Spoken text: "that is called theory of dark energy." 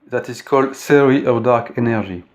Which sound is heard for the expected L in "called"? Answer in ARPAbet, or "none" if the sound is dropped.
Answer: L